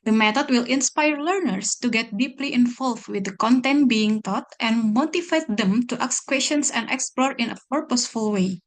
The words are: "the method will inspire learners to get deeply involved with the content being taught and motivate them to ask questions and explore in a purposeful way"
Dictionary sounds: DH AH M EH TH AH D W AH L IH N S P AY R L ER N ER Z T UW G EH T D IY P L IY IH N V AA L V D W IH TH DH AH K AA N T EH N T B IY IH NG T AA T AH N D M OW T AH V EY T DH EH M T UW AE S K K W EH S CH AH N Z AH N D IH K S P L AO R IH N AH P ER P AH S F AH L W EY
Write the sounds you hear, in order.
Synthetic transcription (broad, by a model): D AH M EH T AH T W AH L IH N S P AY R L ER N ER S T UW G EH T D IY P L IY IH N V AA L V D W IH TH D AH K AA N T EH N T B IY IH NG T AA T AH N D M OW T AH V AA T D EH M T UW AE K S K W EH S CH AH N S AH N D IH K S P L AO R IH N AH P ER P AH S F AH L W EY